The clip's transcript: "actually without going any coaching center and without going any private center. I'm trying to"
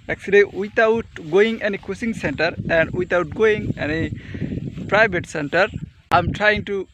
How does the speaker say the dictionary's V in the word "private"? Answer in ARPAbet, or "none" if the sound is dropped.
B